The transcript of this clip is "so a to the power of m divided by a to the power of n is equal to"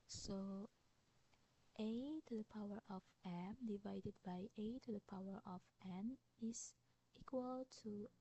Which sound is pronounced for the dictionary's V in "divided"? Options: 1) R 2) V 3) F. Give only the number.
2